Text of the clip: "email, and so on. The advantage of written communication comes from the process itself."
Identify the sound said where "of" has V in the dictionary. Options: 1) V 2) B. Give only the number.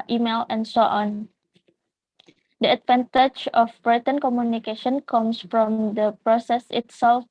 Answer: 2